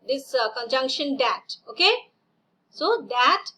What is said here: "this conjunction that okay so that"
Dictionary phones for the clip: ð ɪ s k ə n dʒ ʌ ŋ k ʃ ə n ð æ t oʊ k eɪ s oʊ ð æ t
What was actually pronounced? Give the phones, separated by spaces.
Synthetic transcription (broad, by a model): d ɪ s k ə n dʒ ʌ ŋ k ʃ ə n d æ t oʊ k eɪ s oʊ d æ t